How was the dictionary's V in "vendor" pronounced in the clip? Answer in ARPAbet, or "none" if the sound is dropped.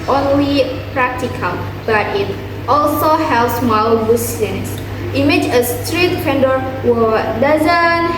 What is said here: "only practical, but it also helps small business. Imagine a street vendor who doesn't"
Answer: F